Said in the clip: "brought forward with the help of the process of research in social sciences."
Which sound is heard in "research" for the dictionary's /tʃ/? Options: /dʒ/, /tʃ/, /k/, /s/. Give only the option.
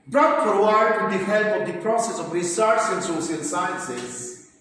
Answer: /s/